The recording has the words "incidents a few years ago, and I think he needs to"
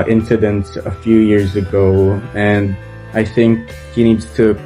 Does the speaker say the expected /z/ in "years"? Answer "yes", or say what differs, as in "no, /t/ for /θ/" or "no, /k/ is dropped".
yes